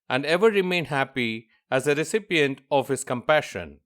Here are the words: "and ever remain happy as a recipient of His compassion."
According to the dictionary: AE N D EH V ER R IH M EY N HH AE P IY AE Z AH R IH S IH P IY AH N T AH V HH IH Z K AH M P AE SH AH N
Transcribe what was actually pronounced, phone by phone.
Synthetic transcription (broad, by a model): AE N D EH V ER R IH M EY N HH AE P IY AE Z AH R IH S IH P IY AH N T AH V HH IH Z K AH M P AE SH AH N